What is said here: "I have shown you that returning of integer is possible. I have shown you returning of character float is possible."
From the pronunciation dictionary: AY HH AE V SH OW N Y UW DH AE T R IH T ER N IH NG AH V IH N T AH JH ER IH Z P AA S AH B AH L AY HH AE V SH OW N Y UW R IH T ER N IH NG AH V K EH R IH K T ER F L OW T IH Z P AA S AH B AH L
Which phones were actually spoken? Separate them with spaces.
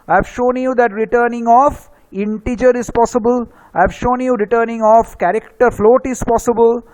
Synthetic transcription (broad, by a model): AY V SH OW N Y UW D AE T R IH T ER N IH NG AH F IH N T AH JH ER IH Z P AA S AH B AH L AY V SH OW N Y UW R IH T ER N IH NG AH F K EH R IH K T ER F L OW T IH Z P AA S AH B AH L